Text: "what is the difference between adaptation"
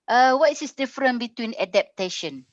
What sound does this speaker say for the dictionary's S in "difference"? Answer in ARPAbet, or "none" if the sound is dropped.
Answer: none